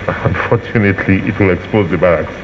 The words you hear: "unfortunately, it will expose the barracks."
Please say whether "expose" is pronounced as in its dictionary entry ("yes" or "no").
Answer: yes